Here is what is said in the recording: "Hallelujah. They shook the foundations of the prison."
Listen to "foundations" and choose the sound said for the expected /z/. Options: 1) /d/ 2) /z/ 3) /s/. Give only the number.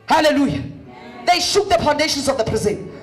3